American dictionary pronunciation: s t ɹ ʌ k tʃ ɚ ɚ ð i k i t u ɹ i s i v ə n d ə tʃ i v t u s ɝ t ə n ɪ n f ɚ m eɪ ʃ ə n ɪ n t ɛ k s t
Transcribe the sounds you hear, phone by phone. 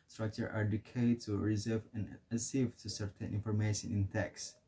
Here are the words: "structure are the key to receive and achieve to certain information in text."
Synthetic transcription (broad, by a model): s t ɹ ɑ k tʃ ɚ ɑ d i k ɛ t u ɹ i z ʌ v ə n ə s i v t u s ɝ t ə n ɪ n f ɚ m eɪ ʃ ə n ɪ n t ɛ k s